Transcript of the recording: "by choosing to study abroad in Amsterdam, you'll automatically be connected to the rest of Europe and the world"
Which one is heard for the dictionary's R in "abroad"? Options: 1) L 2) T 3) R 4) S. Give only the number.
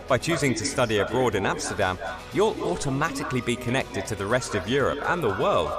3